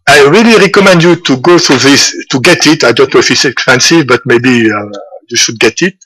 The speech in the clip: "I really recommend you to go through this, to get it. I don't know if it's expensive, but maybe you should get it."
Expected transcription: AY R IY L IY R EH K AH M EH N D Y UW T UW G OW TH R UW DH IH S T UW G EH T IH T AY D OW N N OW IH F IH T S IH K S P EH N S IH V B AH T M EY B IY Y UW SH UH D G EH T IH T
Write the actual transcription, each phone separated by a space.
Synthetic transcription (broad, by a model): AY R IY L IY R EH K AH M EH N D Y UW T UW G OW TH R UW DH IH S T UW G EH T IH T AY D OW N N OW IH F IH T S IH K S P EH N S IH V B AH T M EY B IY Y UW SH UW D G EH T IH T